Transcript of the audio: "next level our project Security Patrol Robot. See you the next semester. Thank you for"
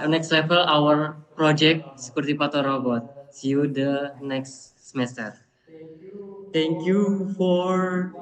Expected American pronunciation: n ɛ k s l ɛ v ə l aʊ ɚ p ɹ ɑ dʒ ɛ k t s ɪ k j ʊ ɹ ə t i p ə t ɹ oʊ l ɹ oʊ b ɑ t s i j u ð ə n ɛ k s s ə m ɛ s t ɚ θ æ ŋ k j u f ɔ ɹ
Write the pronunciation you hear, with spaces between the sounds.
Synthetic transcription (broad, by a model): n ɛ k s l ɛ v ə l aʊ ɚ p ɹ ɑ dʒ ɛ k t s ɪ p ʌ ɹ t i p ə t oʊ ɹ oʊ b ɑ t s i j u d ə n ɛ k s s ə m ɛ s t ɚ t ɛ ŋ k j u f ɔ ɹ